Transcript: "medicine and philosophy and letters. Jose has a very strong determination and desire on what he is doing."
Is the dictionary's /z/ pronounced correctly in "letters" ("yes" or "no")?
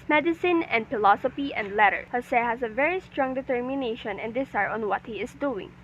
no